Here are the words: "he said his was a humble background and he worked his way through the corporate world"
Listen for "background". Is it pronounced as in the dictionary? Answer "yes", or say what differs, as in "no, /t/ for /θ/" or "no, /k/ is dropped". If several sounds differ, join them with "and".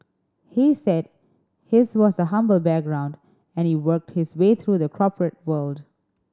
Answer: yes